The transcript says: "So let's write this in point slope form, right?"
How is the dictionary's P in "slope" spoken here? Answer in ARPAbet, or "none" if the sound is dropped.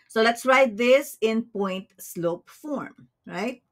P